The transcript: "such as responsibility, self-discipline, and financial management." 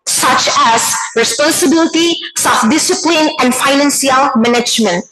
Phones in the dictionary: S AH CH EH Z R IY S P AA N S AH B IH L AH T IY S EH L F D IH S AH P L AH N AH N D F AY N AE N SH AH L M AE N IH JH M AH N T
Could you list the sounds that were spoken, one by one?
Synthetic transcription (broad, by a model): S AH CH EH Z R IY S P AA N S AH B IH L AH T IY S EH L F D IH S AH P L AH N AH N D F AY N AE N S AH L M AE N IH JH M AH N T